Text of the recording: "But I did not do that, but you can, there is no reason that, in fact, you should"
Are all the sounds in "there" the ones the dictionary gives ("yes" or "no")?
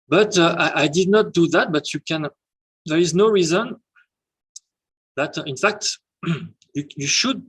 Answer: yes